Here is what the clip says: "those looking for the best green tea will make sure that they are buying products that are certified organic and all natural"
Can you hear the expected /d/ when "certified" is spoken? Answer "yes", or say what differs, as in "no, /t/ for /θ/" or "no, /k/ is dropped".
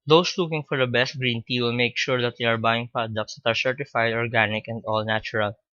yes